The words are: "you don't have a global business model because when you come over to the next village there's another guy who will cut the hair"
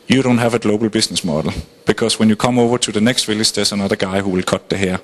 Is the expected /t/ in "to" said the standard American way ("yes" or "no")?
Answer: no